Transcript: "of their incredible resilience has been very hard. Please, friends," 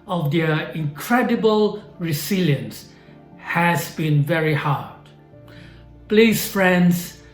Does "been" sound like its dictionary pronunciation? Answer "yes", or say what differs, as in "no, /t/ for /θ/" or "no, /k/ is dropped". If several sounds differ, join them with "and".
yes